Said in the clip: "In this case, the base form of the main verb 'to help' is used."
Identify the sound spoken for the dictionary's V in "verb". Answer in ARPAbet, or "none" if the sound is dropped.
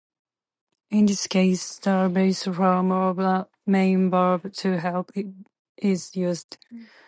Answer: B